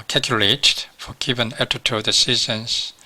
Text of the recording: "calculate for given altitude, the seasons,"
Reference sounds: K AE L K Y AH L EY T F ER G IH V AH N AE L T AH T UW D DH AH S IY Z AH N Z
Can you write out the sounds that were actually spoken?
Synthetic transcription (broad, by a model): K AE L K Y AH L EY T F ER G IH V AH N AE T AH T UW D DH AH S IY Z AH N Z